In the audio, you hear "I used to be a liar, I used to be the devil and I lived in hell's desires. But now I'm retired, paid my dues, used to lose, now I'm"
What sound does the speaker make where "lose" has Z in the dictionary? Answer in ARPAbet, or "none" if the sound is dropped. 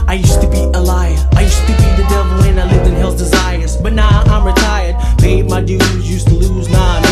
Z